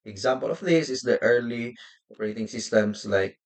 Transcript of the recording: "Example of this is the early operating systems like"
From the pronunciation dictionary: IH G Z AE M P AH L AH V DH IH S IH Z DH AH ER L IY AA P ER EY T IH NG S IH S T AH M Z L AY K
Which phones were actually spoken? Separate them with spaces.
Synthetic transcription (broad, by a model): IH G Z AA M P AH L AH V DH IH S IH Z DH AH ER L IY AA P ER EY T IH NG S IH S T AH M S L AY K